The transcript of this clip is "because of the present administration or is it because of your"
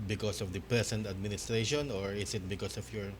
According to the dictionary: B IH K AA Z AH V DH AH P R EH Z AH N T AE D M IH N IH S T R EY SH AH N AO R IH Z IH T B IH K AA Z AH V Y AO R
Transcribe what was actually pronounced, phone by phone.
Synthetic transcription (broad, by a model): B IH K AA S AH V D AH P R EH S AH N T AE D M IH N IH S T R EY SH AH N AO R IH S IH T B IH K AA S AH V Y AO R